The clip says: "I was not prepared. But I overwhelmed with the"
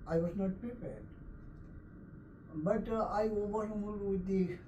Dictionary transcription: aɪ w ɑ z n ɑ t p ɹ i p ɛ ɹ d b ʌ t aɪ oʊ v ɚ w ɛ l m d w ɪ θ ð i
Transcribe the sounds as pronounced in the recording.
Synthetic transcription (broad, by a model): aɪ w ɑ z n ɑ t p ɹ i p ɛ ɹ d b ʌ t aɪ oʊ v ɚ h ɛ m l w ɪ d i